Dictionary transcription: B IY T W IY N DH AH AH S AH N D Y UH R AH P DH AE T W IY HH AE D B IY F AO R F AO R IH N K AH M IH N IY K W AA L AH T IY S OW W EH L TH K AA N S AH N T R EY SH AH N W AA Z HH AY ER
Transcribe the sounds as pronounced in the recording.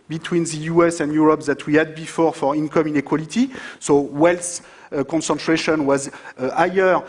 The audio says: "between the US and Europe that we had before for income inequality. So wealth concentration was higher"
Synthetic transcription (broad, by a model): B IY T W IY N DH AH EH S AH N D Y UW R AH P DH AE T W IY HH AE D B IY F AO R F AO R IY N K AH M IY N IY K W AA L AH T IY S OW W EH L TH K AA N S AH N T R EY SH AH N W AA Z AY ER